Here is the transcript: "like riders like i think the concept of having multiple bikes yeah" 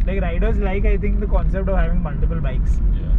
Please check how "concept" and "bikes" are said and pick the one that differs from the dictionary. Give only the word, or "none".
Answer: none